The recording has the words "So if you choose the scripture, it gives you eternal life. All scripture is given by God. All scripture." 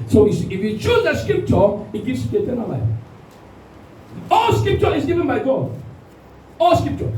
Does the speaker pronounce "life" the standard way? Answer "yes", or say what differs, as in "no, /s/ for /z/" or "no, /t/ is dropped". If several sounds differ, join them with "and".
no, /f/ is dropped